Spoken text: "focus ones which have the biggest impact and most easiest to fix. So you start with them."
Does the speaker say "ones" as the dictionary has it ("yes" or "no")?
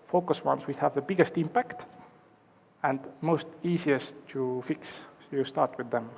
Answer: no